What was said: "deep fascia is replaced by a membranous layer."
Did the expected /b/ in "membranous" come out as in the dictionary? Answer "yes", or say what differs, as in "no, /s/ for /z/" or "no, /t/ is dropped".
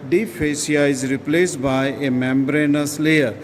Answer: yes